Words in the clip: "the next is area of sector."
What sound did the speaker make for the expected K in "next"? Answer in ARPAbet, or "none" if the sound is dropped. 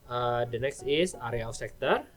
K